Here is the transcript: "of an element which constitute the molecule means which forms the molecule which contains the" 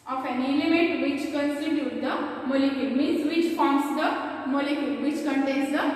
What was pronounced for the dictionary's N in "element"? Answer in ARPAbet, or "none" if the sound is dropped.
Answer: none